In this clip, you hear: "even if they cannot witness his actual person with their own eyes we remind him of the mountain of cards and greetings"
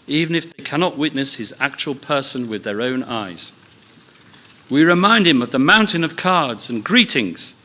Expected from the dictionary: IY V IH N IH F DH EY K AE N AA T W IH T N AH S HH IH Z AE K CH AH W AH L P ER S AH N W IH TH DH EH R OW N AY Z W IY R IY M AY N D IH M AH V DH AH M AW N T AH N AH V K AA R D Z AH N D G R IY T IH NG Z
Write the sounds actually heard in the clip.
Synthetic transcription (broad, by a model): IY V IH N IH F DH EY K AE N AA T W IH T N AH S HH IH Z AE K CH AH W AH L P ER S AH N W IH DH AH R OW N AY Z W IY R IY M AY N D IH M AH V DH AH M AW N T AH N AH V K AA R D Z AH N G R IY T IH NG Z